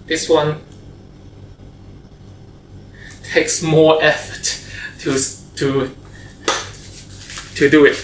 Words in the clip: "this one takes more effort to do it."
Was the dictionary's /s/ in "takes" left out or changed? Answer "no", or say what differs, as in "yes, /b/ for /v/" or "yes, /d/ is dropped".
no